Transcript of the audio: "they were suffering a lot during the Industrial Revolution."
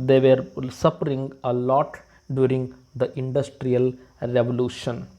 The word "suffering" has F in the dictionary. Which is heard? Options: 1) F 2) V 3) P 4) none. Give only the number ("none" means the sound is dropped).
3